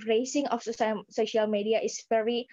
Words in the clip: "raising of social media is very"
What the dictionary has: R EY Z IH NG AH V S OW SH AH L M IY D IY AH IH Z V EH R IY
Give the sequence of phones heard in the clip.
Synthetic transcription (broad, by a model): R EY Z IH NG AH F S OW SH AH L M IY D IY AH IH S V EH R IY